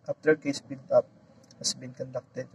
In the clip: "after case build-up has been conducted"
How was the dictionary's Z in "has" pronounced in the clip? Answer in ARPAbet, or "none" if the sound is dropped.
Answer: S